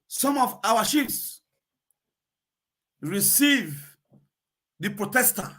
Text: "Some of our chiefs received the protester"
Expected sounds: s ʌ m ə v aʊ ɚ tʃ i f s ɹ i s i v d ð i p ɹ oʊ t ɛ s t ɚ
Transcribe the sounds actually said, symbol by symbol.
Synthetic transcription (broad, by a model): s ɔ m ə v aʊ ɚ ʃ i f s ɹ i s i v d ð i p ɹ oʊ t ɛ s t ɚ